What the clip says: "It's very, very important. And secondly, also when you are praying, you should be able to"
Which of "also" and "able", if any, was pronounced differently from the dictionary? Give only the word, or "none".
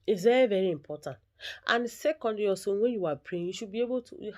also